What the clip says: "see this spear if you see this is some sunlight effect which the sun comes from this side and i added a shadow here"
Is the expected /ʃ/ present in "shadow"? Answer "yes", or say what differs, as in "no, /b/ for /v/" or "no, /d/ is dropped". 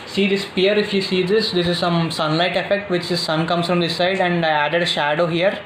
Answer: yes